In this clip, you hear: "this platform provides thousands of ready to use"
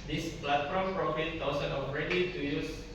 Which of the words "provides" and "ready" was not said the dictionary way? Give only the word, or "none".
provides